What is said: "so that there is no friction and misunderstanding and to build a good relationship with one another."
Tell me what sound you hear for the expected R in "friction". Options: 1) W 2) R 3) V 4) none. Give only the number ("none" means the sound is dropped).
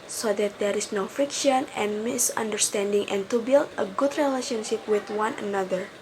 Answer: 2